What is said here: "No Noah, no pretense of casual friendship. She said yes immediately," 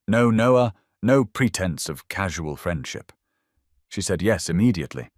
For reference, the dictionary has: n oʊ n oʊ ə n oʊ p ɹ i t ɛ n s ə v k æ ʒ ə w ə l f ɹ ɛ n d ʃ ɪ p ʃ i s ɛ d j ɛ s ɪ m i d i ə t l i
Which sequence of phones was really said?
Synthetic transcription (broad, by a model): n oʊ n oʊ ə n oʊ p ɹ i t ɛ n s ə v k æ ʒ ə w ə l f ɹ ɛ n d ʃ ɪ p ʃ i s ɛ d j ɛ s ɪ m i d i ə t l i